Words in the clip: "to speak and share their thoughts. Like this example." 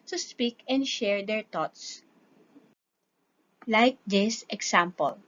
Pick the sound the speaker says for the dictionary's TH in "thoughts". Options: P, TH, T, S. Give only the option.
T